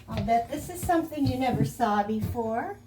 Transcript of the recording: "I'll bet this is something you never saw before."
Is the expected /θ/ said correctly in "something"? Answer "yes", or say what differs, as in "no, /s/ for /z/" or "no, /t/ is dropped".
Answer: yes